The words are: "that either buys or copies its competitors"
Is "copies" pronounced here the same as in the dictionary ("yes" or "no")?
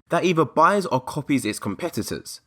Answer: yes